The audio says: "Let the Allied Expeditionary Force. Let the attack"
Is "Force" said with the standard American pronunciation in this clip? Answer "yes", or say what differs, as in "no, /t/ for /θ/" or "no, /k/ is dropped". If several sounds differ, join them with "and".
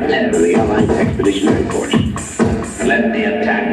no, /p/ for /f/